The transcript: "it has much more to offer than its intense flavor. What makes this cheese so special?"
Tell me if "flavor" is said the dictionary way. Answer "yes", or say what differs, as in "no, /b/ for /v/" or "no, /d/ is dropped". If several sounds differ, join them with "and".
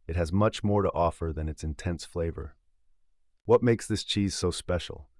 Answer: yes